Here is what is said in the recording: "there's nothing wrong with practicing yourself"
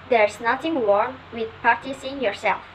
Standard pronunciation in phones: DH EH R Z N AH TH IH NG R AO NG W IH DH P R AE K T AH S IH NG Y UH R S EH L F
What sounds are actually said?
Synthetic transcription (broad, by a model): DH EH R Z N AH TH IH NG W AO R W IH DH P AA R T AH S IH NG Y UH R S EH L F